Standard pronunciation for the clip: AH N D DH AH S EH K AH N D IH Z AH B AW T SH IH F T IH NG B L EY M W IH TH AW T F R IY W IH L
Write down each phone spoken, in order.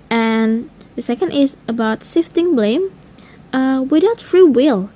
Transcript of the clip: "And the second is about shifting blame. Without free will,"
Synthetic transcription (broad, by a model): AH N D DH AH S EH K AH N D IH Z AH B AW T S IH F T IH NG B L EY M W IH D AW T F R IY W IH L